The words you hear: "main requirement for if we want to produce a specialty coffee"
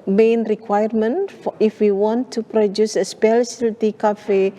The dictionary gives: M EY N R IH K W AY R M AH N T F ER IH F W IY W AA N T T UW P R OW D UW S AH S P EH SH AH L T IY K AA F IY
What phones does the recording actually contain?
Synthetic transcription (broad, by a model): M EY N R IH K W AY R M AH N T F IH F W IY W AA N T T UW P R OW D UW S AH S P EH S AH L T IY K AA F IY